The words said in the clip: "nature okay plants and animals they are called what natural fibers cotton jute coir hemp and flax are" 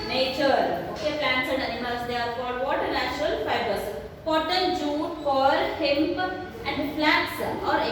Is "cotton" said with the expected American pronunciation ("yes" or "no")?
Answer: no